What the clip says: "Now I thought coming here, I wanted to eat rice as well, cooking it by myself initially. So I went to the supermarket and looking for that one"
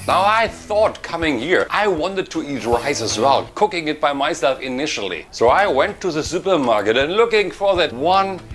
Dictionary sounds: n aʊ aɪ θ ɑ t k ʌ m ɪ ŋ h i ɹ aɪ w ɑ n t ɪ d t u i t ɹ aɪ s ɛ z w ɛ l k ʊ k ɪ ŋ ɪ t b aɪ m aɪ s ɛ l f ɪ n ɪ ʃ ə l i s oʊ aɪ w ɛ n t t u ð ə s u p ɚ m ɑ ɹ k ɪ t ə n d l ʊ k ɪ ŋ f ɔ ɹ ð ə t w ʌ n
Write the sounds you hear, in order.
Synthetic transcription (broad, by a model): n aʊ aɪ θ ɑ t k ʌ m ɪ ŋ h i ɹ aɪ w ɑ n t ɪ d t u i t ɹ aɪ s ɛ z w ɛ l k ʊ k ɪ ŋ ɪ t b aɪ m aɪ s ɛ l f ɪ n ɪ ʃ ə l i s oʊ aɪ w ɛ n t t u ð ə s u p ɚ m ɑ ɹ k ɪ t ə n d l ʊ k ɪ ŋ f ɔ ɹ ð ə t w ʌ n